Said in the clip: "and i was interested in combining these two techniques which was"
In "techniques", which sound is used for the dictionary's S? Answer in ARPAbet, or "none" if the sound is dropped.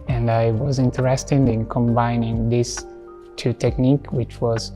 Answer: none